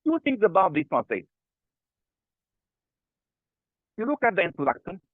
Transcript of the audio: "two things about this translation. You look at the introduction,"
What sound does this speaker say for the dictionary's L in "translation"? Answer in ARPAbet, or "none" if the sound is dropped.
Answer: none